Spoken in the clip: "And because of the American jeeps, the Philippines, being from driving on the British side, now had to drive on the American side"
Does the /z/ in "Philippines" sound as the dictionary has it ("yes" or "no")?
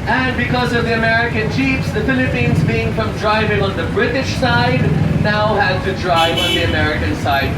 yes